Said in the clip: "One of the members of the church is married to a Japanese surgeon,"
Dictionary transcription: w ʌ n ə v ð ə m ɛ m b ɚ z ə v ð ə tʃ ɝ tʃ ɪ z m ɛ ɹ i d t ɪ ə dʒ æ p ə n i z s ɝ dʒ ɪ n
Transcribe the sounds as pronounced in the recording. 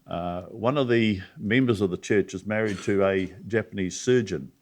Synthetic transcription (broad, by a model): w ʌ n ə v ð ə m ɛ m b ɚ z ə v ð ə tʃ ɝ tʃ ɪ z m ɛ ɹ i d t ɪ ə dʒ æ p ə n i z s ɝ dʒ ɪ n